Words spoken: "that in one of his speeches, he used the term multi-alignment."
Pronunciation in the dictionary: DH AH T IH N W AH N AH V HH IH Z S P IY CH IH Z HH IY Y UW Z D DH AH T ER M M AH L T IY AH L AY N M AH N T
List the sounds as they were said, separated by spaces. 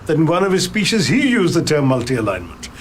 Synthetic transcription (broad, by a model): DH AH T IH N W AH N AH V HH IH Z S P IY SH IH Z HH IY Y UW Z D DH AH T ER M M AH L T IY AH L AY N M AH N T